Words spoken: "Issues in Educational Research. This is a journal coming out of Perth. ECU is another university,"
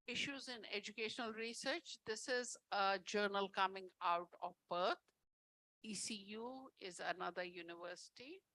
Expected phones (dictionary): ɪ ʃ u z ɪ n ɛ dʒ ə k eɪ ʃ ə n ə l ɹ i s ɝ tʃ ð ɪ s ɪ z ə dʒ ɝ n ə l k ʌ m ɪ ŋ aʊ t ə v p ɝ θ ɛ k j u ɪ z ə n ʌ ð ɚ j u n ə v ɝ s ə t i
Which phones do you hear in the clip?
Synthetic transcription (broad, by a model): ɪ ʃ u z ɪ n ɛ dʒ ə k eɪ ʃ ə n ə l ɹ i s ɝ tʃ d ɪ s ɪ z ə dʒ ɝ n ə l k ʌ m ɪ ŋ aʊ t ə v b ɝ t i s j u ɪ z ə n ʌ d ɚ j u n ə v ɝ s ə t i